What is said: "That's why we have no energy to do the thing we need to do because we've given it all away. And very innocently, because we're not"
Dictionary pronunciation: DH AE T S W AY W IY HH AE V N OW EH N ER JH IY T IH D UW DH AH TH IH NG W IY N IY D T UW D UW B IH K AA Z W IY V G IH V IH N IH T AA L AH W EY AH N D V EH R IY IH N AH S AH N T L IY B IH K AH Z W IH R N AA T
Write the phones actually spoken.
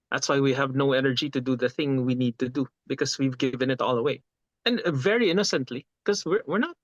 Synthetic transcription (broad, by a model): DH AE T S W AY W IY HH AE V N OW EH N ER JH IY T IH D UW DH AH TH IH NG W IY N IY D T UW D UW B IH K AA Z W IY V G IH V IH N IH T AA L AH W EY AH N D V EH R IY IH N AH S AH N T L IY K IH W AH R W IH R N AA T